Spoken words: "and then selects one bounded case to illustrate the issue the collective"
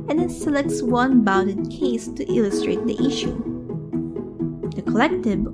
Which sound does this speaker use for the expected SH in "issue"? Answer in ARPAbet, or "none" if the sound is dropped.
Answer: SH